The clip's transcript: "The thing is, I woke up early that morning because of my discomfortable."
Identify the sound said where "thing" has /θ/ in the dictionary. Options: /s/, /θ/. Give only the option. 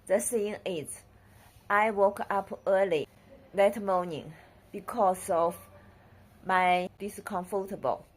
/s/